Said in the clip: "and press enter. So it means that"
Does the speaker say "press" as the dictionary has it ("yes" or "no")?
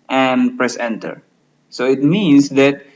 yes